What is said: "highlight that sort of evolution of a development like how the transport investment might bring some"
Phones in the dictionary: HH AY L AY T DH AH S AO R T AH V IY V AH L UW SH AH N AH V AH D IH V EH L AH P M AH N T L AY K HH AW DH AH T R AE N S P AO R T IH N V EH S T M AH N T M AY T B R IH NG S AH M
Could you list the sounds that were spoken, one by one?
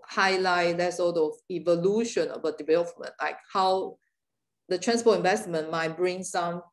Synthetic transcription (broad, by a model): HH AY L AY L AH S AO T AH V IY V AH L UW SH AH N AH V AH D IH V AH F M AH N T L AY K HH AW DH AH T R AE N S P AO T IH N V EH S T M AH N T M AY T B R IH NG S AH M